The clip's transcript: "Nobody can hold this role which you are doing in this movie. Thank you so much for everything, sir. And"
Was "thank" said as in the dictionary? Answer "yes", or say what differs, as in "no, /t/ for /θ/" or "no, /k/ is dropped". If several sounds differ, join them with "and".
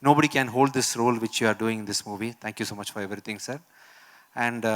no, /t/ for /θ/